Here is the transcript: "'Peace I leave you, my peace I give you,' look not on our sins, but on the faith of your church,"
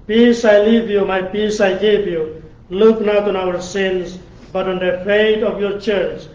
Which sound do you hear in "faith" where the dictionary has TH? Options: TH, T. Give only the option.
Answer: T